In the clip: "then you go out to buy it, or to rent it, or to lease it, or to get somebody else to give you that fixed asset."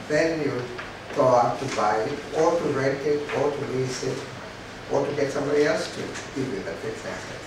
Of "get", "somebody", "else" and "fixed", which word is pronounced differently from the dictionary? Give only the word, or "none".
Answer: fixed